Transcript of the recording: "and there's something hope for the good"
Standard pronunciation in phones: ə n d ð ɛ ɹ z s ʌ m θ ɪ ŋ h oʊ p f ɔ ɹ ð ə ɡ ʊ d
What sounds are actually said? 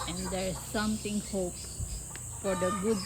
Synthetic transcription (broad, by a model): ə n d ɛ ɹ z s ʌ m t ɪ ŋ h oʊ p f ɔ ɹ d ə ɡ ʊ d